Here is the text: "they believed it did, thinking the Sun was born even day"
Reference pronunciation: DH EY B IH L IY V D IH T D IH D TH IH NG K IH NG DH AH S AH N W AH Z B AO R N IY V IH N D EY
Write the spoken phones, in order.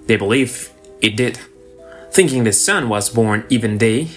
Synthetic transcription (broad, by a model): DH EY B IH L IY V IH T D IH D TH IH NG K IH NG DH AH S AH N W AH Z B AO R N IY V IH N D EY